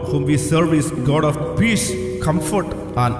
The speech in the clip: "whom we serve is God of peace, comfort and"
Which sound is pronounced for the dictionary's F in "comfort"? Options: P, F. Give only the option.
F